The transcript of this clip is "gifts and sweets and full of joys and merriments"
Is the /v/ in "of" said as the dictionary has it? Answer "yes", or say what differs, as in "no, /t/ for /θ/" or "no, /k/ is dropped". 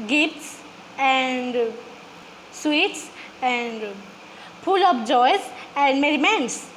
no, /p/ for /v/